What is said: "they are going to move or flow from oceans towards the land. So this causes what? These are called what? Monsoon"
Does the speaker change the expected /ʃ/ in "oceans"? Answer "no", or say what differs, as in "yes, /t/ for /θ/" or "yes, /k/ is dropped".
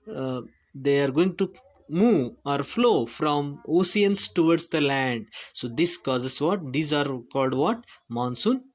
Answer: yes, /s/ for /ʃ/